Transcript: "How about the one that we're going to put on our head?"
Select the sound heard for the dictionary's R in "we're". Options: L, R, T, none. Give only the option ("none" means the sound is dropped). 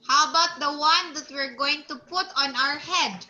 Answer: R